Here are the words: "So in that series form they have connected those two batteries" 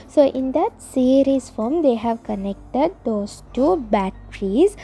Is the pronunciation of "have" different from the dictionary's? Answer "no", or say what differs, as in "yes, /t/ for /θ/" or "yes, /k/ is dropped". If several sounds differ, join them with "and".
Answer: no